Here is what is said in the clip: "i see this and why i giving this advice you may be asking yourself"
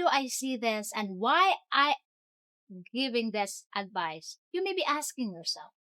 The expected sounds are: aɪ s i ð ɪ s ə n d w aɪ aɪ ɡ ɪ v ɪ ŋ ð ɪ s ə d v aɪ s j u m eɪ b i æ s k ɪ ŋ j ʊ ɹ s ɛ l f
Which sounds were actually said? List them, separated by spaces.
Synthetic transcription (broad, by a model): aɪ s i ð ɪ s ə n d w aɪ aɪ ɡ ɪ v ɪ ŋ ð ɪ s ə d v aɪ s j u m eɪ b i æ s k ɪ ŋ j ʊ ɹ s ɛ l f